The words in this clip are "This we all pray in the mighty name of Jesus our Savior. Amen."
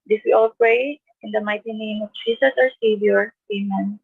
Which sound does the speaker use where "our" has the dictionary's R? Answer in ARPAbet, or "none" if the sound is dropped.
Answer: R